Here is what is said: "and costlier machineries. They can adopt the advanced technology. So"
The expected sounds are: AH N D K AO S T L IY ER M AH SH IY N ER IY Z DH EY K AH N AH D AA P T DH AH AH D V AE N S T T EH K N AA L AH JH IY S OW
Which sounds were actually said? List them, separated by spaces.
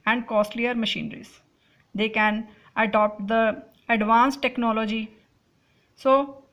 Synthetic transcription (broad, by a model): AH N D K AO S T L IY ER M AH SH IY N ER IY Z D EY K AH N AH D AA P T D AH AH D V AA N S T T EH K N AA L AH JH IY S OW